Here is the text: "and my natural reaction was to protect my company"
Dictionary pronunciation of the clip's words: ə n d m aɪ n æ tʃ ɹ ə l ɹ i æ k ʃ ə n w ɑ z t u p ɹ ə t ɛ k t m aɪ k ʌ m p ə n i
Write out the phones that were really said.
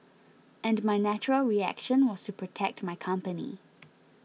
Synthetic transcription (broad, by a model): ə n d m aɪ n æ tʃ ɹ ə l ɹ i æ k ʃ ə n w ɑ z t u p ɹ ə t ɛ k t m aɪ k ʌ m p ə n i